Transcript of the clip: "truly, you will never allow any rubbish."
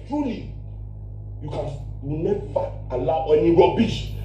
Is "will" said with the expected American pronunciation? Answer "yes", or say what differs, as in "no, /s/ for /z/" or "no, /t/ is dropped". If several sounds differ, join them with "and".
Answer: no, /n/ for /l/